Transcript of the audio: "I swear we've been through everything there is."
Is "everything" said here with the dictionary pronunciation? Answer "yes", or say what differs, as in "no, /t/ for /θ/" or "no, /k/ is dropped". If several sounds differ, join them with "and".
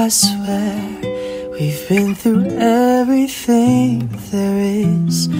yes